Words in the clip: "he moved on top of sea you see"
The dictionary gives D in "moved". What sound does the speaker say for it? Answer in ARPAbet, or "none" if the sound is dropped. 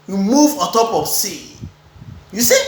none